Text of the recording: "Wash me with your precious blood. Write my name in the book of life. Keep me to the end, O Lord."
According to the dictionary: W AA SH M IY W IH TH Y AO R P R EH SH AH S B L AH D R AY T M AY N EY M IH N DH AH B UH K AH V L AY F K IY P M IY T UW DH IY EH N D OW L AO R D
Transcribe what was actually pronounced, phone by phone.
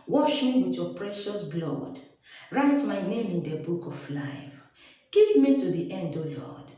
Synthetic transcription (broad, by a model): W AA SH M IY W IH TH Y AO P R EH SH AH S B L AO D R AY T M AY N EY M IH N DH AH B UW K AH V L AY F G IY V M IY T UW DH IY EH N D OW L AO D